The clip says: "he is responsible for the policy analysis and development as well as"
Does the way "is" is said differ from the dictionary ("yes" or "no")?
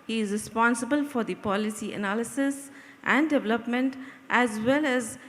no